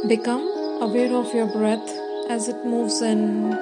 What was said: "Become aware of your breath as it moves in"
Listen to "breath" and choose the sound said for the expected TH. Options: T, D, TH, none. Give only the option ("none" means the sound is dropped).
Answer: T